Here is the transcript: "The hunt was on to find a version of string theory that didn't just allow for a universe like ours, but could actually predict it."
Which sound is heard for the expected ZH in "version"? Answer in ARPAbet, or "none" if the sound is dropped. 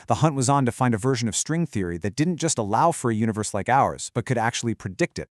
ZH